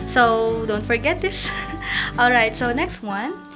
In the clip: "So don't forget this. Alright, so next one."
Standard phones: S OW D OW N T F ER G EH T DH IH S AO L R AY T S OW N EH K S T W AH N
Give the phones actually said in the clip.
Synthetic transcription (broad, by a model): S OW D OW N T F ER G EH T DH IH S AO L R AY T S OW N EH K S T W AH N